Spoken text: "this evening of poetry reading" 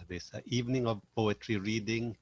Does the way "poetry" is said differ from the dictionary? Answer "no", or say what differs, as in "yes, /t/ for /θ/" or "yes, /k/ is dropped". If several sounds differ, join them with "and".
no